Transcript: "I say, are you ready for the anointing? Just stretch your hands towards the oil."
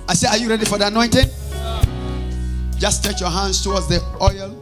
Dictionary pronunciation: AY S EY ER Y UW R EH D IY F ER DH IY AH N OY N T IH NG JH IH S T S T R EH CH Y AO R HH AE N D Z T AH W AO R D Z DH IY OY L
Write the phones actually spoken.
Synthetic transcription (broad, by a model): AY S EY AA Y UW R EH D IY F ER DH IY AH N OY N T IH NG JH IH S S T EH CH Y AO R HH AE N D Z T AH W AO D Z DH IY OY L